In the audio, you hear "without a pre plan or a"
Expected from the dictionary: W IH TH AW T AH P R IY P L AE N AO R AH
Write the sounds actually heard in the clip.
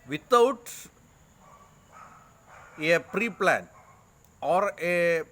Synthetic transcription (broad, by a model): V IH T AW T AH P R IY P L AE N AO R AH